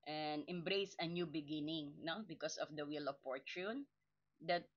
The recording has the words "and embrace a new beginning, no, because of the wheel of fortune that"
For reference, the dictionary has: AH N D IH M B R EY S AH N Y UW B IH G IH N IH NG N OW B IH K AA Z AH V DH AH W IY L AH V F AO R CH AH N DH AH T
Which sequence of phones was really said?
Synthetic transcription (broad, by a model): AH N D IH M B R EY S AH N Y UW B IH G IH N IH NG N OW B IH K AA S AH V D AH W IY L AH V P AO R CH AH N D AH T